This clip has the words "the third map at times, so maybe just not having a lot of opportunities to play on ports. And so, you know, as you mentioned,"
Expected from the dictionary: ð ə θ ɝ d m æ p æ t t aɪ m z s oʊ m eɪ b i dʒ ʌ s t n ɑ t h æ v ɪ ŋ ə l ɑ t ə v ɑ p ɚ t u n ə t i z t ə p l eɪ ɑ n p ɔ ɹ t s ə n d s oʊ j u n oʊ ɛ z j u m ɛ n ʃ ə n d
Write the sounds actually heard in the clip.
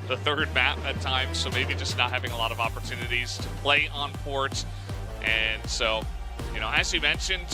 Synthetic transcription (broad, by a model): ð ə θ ɝ d m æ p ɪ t t aɪ m z s oʊ m eɪ b i dʒ ʌ s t n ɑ t h æ v ɪ ŋ ə l ɑ t ə v ɑ p ɚ t u n ə t i z t ə p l eɪ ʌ n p ɔ ɹ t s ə n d s oʊ j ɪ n oʊ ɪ z j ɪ m ɛ n ʃ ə n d